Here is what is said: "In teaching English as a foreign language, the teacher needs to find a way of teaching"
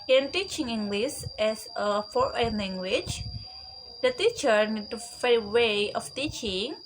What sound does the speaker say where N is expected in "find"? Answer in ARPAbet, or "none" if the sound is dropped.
none